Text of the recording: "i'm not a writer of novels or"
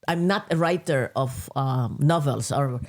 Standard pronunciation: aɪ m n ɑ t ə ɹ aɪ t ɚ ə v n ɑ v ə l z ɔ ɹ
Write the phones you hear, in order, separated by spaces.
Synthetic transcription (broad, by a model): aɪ m n ɑ t ə ɹ aɪ t ɚ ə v n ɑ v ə l s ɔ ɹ